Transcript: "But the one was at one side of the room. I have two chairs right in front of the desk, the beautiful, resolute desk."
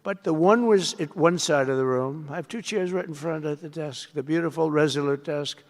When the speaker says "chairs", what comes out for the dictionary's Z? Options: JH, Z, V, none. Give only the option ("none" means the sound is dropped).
Z